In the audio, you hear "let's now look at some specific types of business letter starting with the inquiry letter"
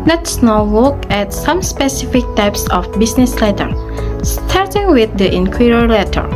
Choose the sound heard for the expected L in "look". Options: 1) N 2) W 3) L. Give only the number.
2